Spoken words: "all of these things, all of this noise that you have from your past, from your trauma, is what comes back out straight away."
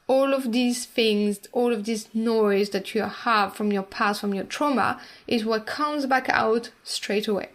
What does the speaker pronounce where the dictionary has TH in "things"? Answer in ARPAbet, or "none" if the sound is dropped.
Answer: TH